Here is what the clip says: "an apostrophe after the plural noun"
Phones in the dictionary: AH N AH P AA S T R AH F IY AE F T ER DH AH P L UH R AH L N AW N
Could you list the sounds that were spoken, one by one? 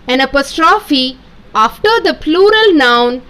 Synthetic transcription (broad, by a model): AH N AH P AA S T R AH F IY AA F T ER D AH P L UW R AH L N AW N